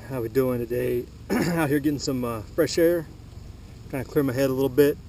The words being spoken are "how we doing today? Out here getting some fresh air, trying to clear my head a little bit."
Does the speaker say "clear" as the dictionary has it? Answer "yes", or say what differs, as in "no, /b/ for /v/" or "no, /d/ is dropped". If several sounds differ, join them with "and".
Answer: yes